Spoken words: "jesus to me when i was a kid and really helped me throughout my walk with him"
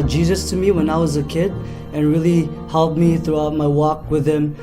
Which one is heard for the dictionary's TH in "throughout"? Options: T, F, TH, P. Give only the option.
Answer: TH